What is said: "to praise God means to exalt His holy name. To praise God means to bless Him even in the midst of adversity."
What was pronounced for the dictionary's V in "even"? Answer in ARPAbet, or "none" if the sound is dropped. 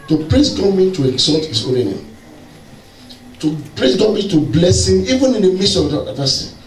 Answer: V